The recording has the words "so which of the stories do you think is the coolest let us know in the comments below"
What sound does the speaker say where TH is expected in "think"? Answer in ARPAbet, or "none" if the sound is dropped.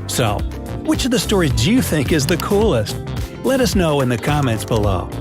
TH